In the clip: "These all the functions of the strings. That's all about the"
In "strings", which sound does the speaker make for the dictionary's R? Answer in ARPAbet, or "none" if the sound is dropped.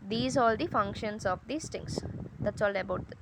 none